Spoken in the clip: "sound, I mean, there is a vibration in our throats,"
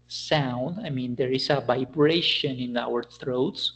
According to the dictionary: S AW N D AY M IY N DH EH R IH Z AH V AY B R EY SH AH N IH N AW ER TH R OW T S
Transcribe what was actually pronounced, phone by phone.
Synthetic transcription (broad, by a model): S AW N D AY M IY N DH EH R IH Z AH V AY B R EY SH AH N IH N AW ER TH R OW T S